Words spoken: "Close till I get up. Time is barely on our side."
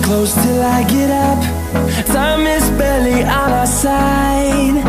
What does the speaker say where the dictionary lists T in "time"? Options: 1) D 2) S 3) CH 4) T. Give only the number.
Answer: 2